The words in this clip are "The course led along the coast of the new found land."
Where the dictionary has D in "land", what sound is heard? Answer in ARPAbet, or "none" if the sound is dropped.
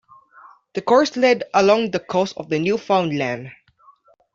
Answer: D